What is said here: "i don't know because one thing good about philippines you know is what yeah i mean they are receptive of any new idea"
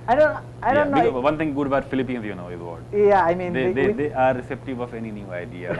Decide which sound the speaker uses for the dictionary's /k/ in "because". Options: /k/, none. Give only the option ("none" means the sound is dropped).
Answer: none